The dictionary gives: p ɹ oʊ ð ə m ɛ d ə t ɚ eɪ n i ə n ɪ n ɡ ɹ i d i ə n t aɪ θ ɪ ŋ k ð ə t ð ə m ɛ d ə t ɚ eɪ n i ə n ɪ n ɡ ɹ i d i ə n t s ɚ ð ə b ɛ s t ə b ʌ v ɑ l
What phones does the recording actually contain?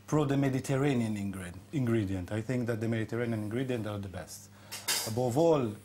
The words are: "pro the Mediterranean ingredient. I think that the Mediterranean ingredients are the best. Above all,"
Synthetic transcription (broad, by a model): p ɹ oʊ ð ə m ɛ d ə t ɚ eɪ n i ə n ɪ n ɡ ɹ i d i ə n t aɪ θ ɪ ŋ k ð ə t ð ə m ɛ d ə t ɚ eɪ n i ə n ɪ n ɡ ɹ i d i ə n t ɚ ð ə b ɛ s t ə b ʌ v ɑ l